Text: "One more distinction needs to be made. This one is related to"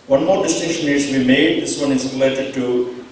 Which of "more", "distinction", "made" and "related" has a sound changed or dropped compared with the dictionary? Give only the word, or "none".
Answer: distinction